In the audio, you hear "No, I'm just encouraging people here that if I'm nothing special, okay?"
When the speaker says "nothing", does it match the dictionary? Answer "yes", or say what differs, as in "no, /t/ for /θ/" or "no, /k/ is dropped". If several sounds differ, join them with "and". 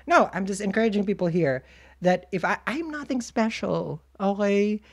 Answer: yes